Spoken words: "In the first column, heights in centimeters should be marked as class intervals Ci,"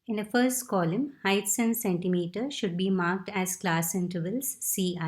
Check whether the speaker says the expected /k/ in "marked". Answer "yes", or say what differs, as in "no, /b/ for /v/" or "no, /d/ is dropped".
yes